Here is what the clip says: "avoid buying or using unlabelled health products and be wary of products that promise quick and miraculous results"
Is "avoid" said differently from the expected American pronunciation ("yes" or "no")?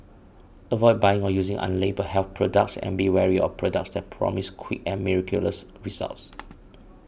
no